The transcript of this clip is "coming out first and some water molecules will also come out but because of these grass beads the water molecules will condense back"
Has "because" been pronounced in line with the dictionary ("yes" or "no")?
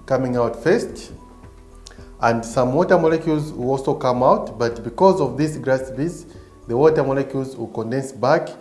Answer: yes